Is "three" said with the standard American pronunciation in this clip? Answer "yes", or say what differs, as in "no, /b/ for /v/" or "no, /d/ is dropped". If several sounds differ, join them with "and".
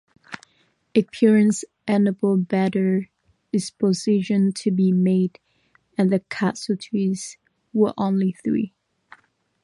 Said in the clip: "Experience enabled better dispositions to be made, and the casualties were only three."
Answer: yes